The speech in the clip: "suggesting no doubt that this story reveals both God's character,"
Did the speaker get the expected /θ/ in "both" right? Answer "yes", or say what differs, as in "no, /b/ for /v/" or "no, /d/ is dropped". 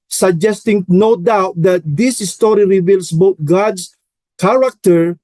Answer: no, /t/ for /θ/